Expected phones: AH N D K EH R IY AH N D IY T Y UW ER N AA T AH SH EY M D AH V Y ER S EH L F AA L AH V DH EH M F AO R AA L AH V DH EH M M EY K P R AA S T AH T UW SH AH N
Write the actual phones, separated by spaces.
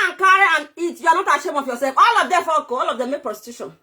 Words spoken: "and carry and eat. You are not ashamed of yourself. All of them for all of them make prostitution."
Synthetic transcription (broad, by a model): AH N K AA R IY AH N IY T Y UW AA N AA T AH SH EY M AH F Y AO S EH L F AA L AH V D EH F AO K AA L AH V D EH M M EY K P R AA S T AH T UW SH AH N